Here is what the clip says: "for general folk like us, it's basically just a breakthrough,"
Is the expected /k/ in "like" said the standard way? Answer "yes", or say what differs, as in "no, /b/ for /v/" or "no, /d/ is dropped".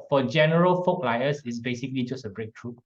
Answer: no, /k/ is dropped